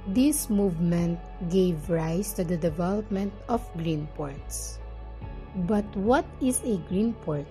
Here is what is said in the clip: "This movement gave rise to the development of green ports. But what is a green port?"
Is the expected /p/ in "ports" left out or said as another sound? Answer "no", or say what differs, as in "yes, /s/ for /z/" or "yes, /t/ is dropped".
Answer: no